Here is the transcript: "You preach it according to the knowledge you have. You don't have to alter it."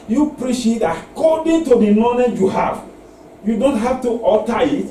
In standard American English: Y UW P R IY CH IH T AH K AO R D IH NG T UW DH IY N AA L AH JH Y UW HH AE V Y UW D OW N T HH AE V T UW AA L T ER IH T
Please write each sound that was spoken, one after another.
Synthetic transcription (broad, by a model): Y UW P R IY SH IH T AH K AO D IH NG T UW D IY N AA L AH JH Y UW HH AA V Y UW D OW N T HH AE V T UW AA T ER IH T